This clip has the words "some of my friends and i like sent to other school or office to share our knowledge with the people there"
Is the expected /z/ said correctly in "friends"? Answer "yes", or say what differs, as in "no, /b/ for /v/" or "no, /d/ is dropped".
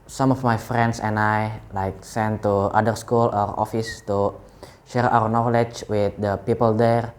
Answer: no, /s/ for /z/